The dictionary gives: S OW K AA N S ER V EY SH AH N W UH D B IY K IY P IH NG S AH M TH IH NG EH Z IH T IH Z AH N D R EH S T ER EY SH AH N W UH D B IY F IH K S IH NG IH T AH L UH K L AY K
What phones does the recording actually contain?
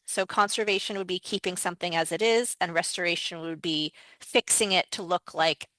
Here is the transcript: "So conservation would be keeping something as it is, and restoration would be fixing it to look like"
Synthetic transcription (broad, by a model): S OW K AA N S ER V EY SH AH N W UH D B IY K IY P IH NG S AH M TH IH NG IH Z IH T IH Z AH N R EH S T ER EY SH AH N W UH D B IY F IH K S IH NG IH T AH L UH K L AY K